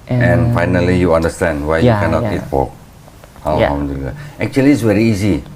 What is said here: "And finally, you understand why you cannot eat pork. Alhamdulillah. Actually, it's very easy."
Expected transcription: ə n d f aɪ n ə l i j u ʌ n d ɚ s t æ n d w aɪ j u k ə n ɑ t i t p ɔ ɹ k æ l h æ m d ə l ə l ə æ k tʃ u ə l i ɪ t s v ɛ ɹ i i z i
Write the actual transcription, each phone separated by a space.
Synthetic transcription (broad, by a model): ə n f aɪ n ə l i j u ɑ n d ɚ s t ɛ n d w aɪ j u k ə n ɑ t i t f ɔ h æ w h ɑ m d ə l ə ə k tʃ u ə l i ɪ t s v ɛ ɹ i i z i